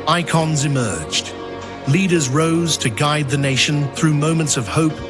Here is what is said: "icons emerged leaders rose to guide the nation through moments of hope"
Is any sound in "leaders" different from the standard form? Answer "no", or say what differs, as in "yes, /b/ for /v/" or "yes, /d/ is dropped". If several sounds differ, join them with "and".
no